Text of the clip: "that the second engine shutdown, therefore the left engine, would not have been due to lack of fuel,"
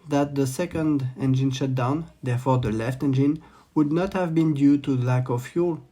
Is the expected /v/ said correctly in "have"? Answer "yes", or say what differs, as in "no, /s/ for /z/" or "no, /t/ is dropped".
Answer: yes